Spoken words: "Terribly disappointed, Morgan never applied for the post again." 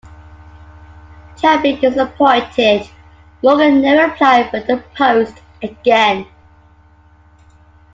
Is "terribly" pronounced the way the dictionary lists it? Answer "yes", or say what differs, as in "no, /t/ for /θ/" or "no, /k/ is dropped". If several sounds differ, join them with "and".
no, /l/ is dropped